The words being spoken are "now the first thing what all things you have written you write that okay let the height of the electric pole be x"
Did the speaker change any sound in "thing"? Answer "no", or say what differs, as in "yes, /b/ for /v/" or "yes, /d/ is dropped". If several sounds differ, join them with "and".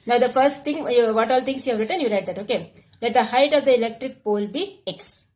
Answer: yes, /t/ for /θ/